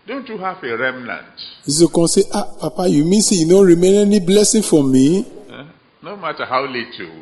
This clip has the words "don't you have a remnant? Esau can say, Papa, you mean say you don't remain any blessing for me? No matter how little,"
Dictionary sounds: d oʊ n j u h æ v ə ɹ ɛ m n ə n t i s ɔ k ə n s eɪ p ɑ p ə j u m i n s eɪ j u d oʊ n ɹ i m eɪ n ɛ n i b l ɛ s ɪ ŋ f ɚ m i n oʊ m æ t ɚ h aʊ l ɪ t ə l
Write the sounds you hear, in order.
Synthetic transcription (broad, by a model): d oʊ n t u h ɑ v ə ɹ ɛ m n ə n t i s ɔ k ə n s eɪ p ɑ p ə j u m i n s eɪ j u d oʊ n ɹ i m eɪ n ɛ n i b l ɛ s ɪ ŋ f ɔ m i n oʊ m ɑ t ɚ h aʊ l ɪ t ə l